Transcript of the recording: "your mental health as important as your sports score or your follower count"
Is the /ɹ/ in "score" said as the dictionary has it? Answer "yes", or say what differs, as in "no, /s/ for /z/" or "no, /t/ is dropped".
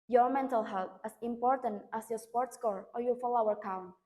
yes